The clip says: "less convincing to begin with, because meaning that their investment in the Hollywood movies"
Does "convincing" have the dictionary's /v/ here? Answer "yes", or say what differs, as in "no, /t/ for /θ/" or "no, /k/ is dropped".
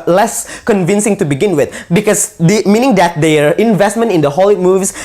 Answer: yes